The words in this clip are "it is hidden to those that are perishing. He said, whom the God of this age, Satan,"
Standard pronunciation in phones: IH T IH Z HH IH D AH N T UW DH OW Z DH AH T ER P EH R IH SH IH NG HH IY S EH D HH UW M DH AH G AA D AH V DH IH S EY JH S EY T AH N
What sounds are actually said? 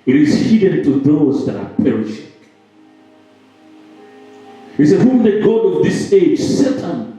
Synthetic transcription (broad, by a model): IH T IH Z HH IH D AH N T UW DH OW Z DH AH T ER P EH R IH SH IH NG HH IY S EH HH UW M DH AH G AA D AH V DH IH S EY JH S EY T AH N